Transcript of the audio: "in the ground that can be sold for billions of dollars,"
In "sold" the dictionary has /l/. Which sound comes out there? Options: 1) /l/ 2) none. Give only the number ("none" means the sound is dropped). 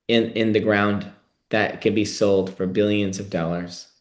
1